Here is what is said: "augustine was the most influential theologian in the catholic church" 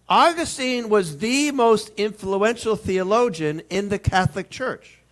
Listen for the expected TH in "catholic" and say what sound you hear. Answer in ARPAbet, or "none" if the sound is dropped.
TH